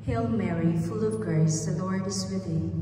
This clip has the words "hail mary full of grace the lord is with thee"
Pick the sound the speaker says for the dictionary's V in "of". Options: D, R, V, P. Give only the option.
V